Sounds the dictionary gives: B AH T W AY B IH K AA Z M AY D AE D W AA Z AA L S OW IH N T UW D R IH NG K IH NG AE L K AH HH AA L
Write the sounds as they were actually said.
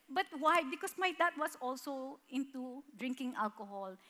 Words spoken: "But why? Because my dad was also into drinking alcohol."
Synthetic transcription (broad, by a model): B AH T W AY B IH K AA S M AY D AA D W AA S AA L S OW IH N T UW D R IH NG K IH NG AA L K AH HH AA L